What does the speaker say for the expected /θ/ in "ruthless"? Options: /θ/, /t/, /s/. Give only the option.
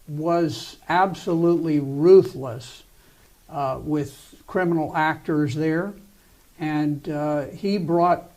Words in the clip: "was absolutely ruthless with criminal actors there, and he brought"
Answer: /θ/